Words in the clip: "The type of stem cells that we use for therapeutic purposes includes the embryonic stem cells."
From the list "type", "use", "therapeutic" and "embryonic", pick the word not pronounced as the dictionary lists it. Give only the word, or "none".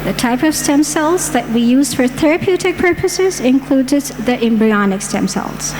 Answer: none